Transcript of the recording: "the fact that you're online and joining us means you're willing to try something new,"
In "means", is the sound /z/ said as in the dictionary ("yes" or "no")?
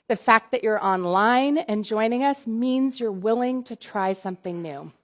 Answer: yes